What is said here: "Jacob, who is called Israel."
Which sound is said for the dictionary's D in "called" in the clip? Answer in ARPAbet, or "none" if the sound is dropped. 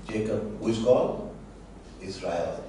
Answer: none